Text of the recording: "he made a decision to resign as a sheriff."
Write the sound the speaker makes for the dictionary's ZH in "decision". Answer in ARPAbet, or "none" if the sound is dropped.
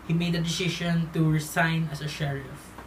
SH